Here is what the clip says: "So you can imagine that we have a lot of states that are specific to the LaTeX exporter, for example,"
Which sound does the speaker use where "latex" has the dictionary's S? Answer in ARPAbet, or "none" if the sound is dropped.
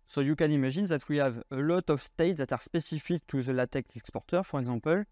none